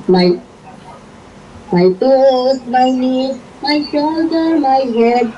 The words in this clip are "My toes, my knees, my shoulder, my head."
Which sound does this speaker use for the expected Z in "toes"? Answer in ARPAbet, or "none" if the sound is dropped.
S